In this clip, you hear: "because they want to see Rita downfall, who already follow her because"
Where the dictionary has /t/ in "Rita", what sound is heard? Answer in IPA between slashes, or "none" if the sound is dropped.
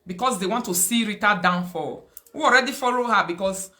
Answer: /t/